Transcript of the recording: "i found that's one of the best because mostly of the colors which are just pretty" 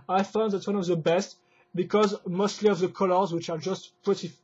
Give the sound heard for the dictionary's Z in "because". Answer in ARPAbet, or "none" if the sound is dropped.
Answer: Z